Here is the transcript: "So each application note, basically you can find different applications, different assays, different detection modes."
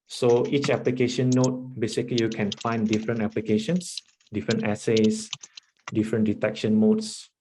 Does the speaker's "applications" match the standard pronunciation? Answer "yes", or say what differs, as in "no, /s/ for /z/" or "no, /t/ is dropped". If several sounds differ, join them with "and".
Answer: no, /s/ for /z/